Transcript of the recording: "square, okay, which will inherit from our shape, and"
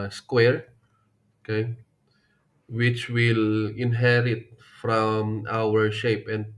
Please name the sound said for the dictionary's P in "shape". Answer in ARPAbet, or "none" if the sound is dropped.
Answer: P